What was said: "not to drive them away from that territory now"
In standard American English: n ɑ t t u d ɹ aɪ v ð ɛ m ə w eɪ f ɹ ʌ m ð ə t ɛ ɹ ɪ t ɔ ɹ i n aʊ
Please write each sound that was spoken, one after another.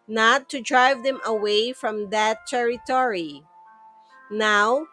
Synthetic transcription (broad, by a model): n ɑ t t u d ɹ aɪ v ð ɛ m ə w eɪ f ɹ ʌ m ð ə t ɛ ɹ ɪ t ɔ ɹ i n aʊ